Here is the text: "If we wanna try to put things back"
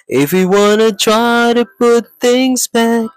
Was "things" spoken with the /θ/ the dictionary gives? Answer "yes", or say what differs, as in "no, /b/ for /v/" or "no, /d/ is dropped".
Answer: yes